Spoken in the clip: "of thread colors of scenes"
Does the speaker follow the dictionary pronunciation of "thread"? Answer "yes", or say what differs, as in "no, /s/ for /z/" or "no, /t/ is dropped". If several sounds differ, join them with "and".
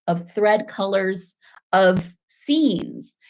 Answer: yes